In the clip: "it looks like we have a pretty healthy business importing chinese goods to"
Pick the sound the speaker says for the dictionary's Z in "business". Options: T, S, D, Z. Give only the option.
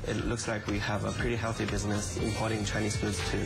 Z